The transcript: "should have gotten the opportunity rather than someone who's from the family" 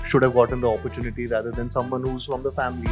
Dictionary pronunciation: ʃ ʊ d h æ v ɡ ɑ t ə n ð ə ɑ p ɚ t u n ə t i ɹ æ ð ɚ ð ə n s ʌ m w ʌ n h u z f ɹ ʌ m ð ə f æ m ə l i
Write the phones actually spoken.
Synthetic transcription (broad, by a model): ʃ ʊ d h æ v ɡ ɑ t ə n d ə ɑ p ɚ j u n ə t i ɹ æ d ɚ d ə n s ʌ m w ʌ n h u z f ɹ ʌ m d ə f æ m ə l i